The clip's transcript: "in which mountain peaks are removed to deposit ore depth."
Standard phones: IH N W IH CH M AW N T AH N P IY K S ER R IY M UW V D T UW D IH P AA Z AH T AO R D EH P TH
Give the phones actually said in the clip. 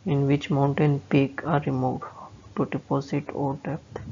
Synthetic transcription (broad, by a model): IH N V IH CH M AW N T AH N P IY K AA R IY M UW D T UW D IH P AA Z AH T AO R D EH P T